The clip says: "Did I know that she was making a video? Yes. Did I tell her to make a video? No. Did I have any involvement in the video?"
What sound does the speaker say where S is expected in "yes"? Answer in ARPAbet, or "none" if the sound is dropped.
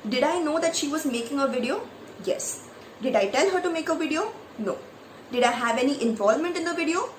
S